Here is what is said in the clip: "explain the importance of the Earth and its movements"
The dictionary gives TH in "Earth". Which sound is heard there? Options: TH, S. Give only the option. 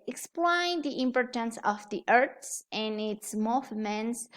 S